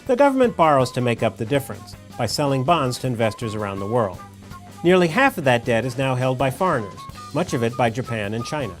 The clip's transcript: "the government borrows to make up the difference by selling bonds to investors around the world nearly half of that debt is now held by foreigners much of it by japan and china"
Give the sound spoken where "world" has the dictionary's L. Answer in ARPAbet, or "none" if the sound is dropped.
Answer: L